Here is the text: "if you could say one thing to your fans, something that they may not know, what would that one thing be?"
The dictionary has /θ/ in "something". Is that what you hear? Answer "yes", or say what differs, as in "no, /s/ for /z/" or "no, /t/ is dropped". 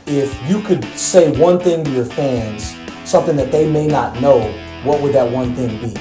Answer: yes